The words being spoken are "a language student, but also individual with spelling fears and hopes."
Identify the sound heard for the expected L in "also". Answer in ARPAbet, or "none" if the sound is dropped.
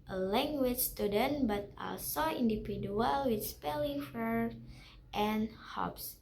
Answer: L